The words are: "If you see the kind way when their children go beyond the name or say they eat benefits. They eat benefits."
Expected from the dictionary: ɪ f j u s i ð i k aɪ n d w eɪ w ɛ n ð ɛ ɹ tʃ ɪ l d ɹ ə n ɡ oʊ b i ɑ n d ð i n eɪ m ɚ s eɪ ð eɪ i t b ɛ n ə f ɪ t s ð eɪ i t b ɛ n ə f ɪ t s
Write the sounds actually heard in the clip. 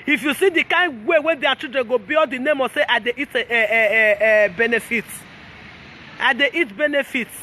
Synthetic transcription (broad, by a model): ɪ f j u s i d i k aɪ n d w eɪ w ɛ n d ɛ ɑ tʃ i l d ɹ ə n ɡ oʊ b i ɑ d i n eɪ m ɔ s eɪ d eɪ i t b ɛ n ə f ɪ t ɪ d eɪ i t b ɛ n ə f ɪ t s